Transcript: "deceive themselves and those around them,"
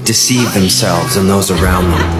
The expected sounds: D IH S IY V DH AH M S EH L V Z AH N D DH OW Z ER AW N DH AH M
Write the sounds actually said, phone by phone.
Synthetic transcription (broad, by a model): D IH S IY V DH AH M S EH L V Z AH N DH OW Z ER AW N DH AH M